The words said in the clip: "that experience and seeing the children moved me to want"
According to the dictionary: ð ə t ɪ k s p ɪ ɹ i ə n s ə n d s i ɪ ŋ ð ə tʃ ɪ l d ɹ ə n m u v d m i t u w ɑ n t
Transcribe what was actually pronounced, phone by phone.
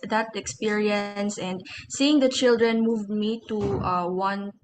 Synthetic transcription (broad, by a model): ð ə t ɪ k s p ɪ ɹ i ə n s ə n d s i ɪ ŋ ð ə tʃ ɪ l d ɹ ə n m u v d m i t u w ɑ n